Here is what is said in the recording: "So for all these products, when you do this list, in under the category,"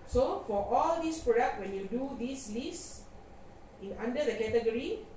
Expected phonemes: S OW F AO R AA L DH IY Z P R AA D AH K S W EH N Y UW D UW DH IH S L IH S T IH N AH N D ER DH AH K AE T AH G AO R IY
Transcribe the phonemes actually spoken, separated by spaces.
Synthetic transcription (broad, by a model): S OW F AO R AA L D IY S P R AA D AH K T W EH N Y UW D UW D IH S L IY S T IH N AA N D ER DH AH K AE T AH G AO R IY